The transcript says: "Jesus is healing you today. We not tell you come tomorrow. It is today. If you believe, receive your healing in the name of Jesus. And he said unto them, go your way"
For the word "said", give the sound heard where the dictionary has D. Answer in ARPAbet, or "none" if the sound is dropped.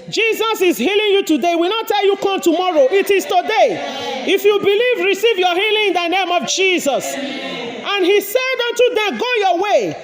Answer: D